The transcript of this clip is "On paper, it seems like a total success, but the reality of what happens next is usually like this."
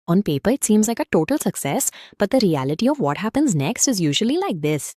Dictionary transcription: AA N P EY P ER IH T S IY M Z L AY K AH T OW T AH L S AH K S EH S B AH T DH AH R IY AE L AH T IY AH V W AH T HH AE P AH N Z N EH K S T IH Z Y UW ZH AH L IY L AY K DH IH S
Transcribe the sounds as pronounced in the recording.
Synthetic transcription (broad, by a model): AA N P EY P ER IH T S IY M Z L AY K AH T OW T AH L S AH K S EH S B AH T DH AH R IY AE L AH T IY AH V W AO T HH AE P AH N Z N EH K S T IH Z Y UW ZH AH L IY L AY K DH IH S